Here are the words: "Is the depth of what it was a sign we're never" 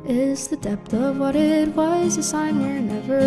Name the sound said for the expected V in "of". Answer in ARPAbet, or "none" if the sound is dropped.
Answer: V